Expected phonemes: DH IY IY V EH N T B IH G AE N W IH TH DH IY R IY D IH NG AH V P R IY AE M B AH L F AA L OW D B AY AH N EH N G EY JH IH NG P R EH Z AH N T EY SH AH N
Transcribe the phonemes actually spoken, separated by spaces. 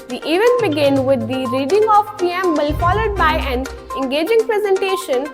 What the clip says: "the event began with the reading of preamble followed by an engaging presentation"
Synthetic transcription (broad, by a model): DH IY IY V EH N B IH G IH N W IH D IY R IY D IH NG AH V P IY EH M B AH L F AA L OW D B AY AH N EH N G EY JH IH NG P R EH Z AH N T EY SH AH N